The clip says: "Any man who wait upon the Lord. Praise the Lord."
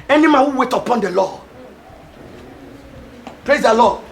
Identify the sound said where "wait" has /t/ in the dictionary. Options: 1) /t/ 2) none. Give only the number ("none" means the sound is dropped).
1